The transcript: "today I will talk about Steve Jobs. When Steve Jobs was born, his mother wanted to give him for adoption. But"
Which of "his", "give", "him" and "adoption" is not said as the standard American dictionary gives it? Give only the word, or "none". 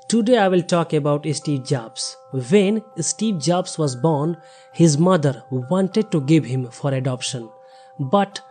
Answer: none